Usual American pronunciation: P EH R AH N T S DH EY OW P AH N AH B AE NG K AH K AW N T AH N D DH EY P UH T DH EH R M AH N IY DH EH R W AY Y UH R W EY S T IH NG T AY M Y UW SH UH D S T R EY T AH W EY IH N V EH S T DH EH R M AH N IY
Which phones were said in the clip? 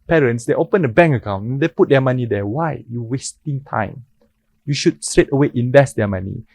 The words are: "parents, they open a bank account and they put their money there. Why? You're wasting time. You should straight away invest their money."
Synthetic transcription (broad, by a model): P EH R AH N T S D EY OW P AH N AH B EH NG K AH K AW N AH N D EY P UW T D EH M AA N IY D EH W AY Y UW W EY S T IH NG T AY M Y UW SH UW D S T R EY T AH W EY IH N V EH S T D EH M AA N IY